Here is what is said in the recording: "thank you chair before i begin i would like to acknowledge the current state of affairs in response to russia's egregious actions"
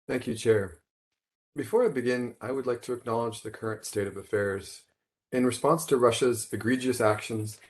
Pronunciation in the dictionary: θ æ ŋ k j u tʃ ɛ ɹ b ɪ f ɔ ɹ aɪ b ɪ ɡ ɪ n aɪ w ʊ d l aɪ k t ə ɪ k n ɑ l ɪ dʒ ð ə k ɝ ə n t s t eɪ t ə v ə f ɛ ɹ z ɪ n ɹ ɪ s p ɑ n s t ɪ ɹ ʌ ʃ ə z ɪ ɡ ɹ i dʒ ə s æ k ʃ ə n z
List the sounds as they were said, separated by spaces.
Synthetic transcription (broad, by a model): θ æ ŋ k j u tʃ ɛ ɹ b ɪ f ɔ ɹ aɪ b ɪ ɡ ɪ n aɪ w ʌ d l aɪ k t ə ɪ k n ɑ l ɪ dʒ ð ə k ɝ ə n t s t eɪ t ə v ə f ɛ ɹ z ɪ n ɹ ɪ s p ɑ n s t ɪ ɹ ʌ ʃ ə z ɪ ɡ ɹ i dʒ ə s æ k ʃ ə n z